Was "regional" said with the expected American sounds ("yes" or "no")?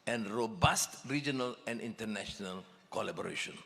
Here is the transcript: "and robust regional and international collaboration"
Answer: yes